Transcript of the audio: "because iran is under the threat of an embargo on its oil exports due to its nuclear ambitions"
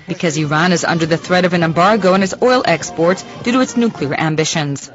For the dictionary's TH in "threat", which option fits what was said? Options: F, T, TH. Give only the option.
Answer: TH